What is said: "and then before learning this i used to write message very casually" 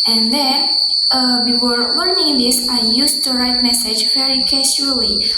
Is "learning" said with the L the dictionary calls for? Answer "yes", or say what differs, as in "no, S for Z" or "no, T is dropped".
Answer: no, W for L